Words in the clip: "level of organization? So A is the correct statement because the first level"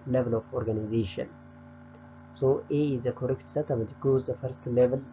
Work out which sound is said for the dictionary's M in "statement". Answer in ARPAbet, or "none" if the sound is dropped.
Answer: none